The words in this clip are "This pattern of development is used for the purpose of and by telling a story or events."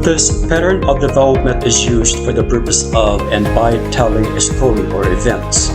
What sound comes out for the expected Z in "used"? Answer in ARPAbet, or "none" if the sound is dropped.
Z